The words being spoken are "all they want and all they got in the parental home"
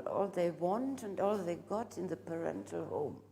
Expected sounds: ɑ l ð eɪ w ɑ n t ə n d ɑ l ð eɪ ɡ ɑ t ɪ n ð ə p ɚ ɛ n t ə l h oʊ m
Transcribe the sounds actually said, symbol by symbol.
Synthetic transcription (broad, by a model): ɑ l ð eɪ w ɑ n t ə n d ɑ l ð eɪ ɡ ɑ t ɪ n ð ə p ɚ ɛ n t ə l h oʊ m